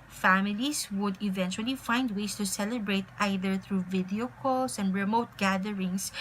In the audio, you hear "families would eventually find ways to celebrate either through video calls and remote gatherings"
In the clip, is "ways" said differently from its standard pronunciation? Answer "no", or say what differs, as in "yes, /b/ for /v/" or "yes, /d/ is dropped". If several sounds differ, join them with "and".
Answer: yes, /s/ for /z/